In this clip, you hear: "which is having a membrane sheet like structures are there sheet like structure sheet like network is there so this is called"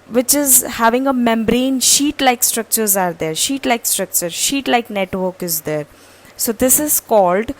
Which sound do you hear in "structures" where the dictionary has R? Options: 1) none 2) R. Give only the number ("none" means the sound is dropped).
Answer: 2